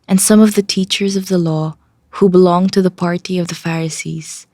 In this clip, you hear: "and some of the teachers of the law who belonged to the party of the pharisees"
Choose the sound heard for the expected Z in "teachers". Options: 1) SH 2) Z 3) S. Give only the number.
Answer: 2